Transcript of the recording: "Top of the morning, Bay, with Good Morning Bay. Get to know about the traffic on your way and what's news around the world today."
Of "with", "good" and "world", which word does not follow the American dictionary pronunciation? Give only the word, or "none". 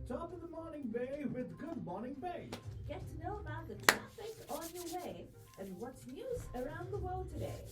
none